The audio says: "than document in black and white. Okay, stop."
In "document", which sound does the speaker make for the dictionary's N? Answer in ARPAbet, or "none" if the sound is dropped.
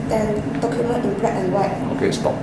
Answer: none